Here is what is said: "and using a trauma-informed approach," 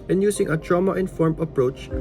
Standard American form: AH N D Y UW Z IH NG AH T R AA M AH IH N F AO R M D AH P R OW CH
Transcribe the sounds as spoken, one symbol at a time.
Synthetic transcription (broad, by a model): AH N Y UW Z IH NG AH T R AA M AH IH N F AO R M AH P R OW CH